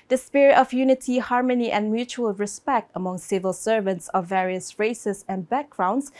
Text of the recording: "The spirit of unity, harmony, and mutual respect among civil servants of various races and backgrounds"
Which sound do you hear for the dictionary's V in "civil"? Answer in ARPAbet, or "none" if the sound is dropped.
V